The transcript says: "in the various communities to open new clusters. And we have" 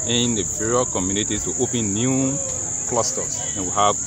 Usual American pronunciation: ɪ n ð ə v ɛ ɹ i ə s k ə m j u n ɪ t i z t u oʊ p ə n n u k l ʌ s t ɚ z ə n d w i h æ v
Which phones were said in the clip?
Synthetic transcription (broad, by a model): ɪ n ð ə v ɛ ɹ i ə k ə m j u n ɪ t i t u oʊ p ə n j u k l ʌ s t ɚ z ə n w i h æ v